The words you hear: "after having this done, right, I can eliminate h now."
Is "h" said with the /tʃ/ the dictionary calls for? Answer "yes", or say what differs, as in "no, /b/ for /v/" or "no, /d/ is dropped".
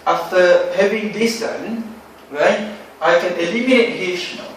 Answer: no, /ʃ/ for /tʃ/